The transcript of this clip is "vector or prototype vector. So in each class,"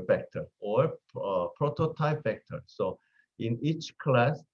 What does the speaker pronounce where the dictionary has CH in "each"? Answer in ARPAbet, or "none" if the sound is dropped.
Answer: CH